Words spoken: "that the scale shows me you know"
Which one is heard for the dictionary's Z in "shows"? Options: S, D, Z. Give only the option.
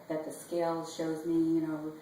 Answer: Z